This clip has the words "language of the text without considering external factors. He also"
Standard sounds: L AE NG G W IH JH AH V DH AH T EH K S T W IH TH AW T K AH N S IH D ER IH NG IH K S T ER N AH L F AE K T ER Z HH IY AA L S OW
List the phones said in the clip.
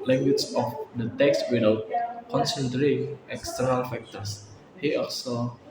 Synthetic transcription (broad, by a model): L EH NG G W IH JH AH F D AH T EH K S T W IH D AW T K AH N S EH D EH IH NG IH K S T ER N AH L F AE K T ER S HH IY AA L S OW